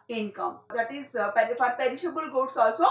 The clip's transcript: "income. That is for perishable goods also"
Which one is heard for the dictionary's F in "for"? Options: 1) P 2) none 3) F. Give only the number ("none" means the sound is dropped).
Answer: 1